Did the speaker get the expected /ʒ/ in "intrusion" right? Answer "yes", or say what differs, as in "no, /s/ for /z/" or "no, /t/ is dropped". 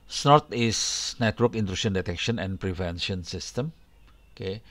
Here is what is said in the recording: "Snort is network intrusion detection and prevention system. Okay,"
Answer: no, /ʃ/ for /ʒ/